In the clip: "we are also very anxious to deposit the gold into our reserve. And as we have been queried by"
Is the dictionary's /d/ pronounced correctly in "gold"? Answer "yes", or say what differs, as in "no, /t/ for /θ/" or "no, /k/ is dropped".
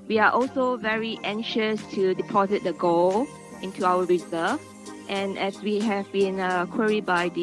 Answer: no, /d/ is dropped